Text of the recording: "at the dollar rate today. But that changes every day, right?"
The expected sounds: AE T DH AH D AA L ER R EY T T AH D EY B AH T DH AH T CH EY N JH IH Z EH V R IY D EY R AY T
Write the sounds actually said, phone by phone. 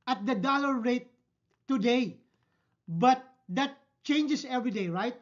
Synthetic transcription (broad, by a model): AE T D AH D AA L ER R EY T T AH D EY B AH T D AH T CH EY N JH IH S EH V R IY D EY R AY T